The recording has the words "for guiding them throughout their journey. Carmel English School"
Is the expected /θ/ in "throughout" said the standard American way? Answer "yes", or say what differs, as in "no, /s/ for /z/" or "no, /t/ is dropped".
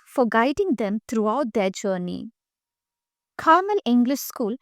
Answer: no, /t/ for /θ/